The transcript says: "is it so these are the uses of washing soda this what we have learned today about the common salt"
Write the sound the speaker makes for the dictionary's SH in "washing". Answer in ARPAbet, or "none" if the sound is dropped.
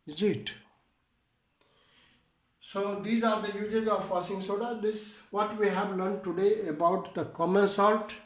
S